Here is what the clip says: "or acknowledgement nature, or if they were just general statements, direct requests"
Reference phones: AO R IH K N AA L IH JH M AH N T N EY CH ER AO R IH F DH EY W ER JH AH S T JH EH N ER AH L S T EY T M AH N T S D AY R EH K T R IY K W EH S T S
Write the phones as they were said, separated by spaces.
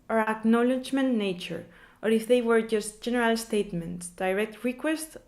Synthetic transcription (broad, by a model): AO R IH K N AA L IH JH M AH N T N EY CH ER AO R IH F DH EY W ER JH AH S T JH EH N ER AH L S T EY T M AH N T S D AY R EH K T R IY K W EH S T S